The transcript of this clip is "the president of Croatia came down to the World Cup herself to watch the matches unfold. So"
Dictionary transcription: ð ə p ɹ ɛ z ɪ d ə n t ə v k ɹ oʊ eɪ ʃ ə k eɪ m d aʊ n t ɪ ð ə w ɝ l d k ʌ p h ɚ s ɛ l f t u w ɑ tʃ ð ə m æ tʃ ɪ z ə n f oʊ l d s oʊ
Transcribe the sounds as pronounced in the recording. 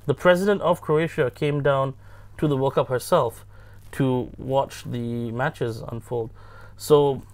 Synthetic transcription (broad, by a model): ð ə p ɹ ɛ z ɪ d ə n t ə v k ɹ oʊ eɪ ʃ ə k eɪ m d aʊ n t ɪ ð ə w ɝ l k ʌ p h ɚ s ɛ l f t u w ɑ tʃ ð ə m æ tʃ ɪ z ə n f oʊ l d s oʊ